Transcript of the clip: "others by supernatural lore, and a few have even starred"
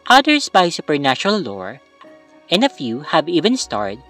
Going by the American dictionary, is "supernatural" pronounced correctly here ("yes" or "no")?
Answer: no